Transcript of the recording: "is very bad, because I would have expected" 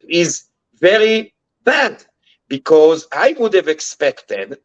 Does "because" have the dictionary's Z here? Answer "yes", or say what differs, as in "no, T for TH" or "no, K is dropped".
yes